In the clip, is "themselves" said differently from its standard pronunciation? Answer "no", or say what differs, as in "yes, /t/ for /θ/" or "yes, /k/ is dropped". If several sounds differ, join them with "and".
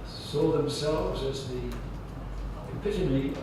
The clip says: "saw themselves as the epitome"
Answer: no